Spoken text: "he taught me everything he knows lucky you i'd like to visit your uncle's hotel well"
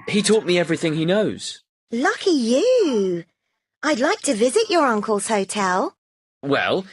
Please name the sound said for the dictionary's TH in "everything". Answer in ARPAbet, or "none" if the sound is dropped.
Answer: TH